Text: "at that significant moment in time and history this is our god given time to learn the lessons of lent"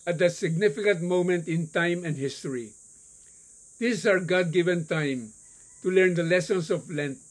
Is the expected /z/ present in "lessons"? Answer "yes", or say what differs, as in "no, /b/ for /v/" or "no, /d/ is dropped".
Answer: no, /s/ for /z/